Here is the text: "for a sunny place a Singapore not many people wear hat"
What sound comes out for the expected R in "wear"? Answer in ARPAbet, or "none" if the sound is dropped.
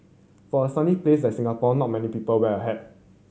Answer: L